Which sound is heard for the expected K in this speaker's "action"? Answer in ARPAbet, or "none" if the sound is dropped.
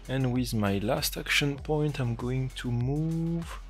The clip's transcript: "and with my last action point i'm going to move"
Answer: K